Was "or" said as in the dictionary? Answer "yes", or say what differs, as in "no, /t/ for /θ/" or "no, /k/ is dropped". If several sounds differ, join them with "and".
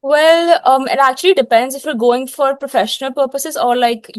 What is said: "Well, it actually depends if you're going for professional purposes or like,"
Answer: yes